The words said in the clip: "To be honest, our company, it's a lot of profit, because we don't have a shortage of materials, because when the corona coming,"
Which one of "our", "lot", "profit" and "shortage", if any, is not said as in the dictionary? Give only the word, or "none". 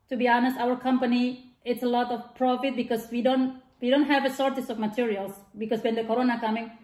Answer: shortage